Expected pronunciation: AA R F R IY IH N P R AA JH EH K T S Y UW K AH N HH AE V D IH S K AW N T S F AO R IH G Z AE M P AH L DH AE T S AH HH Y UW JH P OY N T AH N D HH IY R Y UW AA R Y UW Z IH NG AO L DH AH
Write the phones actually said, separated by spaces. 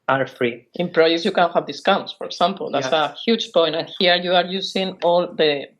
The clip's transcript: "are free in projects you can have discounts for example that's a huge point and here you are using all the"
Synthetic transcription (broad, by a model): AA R F R IY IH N P R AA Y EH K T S Y UW K AH N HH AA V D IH S K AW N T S F AO R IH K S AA M P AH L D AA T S AH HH Y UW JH P OY N T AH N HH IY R Y UW AA R Y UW S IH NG AO L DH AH